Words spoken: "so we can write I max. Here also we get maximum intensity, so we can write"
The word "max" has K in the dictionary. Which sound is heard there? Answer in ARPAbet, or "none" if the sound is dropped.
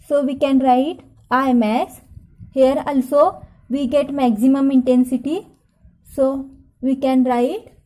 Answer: none